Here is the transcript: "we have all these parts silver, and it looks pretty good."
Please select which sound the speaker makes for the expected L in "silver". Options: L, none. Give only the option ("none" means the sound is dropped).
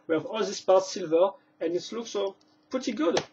L